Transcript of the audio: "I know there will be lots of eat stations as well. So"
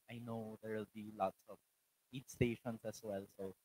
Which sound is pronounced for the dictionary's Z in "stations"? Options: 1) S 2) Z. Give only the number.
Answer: 1